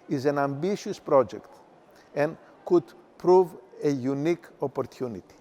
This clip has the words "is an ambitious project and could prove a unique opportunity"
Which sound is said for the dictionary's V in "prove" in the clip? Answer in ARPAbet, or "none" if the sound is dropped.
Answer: V